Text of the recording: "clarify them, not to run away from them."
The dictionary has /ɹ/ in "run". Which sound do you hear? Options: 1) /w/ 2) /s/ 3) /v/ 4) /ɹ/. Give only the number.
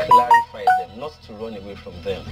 4